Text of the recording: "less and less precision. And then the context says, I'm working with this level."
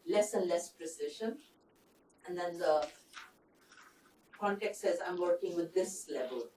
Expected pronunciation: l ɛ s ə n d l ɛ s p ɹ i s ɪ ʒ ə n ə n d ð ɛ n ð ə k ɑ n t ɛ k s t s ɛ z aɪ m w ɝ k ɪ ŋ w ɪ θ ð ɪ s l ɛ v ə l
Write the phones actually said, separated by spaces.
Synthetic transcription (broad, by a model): l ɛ s ə n d l ɛ s p ɹ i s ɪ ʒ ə n ə n d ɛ n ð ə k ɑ n t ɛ k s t s ɛ z aɪ m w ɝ k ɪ ŋ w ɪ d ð ɪ s l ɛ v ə l